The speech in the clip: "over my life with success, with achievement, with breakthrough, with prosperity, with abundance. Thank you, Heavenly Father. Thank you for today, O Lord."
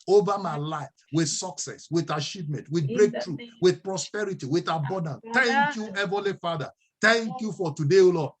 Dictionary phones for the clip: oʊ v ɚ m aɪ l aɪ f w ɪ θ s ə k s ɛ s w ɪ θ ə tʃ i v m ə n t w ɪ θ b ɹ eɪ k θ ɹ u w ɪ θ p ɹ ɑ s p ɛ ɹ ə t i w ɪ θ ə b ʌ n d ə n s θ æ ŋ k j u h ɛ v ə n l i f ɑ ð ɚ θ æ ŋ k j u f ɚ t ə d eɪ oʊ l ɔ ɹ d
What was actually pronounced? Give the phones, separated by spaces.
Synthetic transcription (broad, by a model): oʊ v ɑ m aɪ l aɪ f w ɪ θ s ə k s ɛ s w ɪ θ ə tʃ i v m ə n t w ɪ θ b ɹ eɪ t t ɹ u w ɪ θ p ɹ ɑ s p ɛ ɹ ə t i w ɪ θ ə b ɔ n d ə n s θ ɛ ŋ k j u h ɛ v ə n l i f ɑ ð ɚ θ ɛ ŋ k j u f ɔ t ə d eɪ oʊ l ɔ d